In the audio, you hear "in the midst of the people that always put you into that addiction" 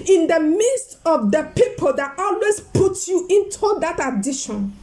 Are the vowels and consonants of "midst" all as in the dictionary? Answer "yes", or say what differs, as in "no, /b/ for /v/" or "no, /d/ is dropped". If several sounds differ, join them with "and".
yes